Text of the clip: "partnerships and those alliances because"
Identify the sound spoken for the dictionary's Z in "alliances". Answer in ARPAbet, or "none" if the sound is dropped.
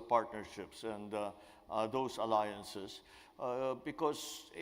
S